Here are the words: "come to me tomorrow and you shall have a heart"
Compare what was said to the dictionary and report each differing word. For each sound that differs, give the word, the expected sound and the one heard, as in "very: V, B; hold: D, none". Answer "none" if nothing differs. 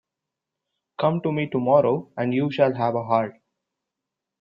none